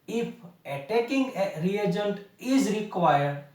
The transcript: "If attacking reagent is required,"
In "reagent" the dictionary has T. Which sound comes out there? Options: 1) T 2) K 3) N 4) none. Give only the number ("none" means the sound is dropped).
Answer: 1